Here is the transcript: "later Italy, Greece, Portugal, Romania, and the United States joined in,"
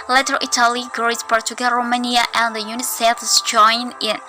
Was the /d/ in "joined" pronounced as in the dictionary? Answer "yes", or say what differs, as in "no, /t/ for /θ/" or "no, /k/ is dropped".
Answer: no, /d/ is dropped